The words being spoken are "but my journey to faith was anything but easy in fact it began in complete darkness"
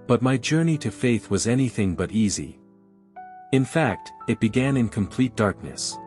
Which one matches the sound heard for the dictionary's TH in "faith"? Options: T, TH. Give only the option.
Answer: TH